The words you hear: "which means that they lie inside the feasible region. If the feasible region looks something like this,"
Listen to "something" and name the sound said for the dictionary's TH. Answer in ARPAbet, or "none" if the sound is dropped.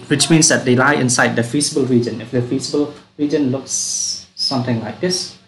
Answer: T